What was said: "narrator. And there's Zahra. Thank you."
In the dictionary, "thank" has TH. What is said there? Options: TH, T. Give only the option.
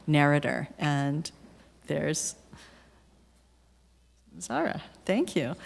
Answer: TH